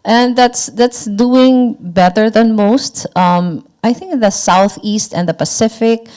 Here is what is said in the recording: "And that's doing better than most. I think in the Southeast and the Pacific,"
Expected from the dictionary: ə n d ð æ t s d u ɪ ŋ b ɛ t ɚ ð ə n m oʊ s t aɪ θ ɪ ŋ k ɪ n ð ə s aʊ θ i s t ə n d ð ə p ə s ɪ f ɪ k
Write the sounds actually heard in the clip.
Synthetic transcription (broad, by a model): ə n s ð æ t s d u ɪ ŋ b ɛ t ɚ ð ə n m oʊ s t aɪ θ ɪ ŋ k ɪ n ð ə s aʊ θ i s t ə n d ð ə p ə s ɪ f ɪ k